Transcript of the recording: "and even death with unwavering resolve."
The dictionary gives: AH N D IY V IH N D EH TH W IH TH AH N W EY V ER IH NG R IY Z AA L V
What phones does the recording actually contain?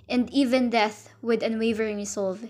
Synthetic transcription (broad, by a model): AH N D IY V IH N D EH TH W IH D AH N W EY V ER IH NG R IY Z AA L V